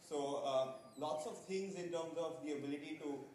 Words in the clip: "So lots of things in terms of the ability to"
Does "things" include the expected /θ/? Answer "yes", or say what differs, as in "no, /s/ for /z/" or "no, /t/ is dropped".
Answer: no, /t/ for /θ/